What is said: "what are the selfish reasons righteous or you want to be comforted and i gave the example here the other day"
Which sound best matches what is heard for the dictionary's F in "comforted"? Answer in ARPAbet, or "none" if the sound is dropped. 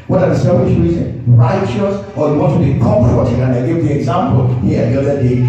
P